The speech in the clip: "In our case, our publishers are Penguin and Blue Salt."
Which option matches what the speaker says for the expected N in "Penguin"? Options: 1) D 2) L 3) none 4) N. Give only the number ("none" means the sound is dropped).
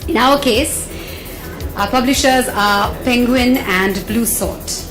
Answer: 4